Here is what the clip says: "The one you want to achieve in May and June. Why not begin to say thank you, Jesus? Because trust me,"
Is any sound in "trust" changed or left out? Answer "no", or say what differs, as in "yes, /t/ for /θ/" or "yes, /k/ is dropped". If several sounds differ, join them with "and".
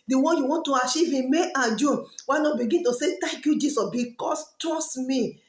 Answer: yes, /ɹ/ is dropped